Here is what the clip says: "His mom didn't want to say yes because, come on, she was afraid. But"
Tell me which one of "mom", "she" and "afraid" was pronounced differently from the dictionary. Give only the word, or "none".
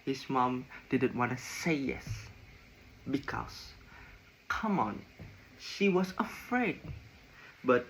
none